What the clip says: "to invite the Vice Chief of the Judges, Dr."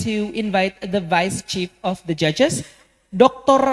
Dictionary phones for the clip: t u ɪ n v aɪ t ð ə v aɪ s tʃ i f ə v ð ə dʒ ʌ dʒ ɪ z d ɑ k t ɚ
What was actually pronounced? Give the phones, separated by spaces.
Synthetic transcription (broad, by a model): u ɪ n v aɪ t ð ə v aɪ s tʃ i f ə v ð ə dʒ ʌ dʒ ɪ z d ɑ k t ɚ